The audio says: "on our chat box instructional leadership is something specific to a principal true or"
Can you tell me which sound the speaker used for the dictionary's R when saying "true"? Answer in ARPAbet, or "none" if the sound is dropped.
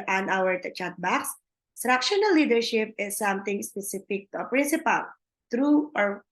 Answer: R